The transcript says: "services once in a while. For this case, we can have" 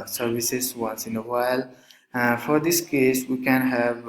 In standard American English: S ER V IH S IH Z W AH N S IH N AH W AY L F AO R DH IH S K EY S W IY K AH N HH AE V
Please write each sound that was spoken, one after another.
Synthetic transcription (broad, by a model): S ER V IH S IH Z W AH N S IH N AH W AY L F AO R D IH S K EY S W IY K AH N HH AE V